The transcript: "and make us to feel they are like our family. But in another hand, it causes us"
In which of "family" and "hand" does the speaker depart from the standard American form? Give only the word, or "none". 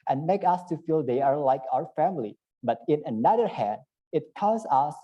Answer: none